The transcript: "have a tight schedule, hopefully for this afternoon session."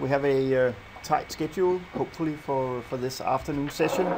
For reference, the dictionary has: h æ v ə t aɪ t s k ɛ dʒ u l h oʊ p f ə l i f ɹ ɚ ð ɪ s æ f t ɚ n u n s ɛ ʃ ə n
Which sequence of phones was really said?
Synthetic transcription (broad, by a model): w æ v ə t aɪ t s k ɛ dʒ u l h oʊ p f ə l i f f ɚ ð ɪ s æ f t ɚ n u n s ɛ ʃ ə n